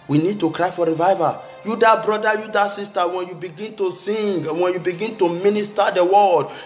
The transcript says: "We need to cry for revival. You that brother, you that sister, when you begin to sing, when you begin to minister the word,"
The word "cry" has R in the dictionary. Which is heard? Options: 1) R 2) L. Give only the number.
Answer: 1